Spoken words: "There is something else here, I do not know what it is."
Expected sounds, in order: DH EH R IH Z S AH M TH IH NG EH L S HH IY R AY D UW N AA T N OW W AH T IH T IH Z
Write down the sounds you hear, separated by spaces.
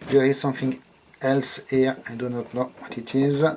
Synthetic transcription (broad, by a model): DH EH R IH Z S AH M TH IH NG EH L S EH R AY D UW N AA T N OW W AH T IH T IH Z